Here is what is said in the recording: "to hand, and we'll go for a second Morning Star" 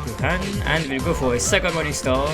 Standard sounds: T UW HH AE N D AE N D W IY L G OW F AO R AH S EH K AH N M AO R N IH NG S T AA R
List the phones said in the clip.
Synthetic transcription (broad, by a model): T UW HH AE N AE N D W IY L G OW F AO R AH S EH K AH N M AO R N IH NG S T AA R